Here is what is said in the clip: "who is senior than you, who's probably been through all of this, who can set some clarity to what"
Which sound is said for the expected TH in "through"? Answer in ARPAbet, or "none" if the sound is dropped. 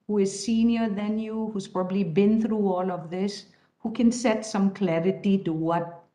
TH